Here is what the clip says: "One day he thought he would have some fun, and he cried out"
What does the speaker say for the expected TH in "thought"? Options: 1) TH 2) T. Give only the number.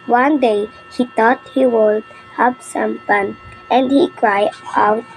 2